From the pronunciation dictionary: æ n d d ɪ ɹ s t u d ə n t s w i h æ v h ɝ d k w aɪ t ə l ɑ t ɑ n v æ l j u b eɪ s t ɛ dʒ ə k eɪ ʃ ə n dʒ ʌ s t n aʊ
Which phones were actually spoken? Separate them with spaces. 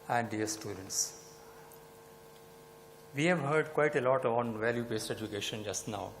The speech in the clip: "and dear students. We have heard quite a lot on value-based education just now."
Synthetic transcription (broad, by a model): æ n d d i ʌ s t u d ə n t s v i h æ v h ɝ d k w aɪ t ə l ɑ t ɑ n v æ l j u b eɪ s t ɛ dʒ ə k eɪ ʃ ə n dʒ ʌ s t n aʊ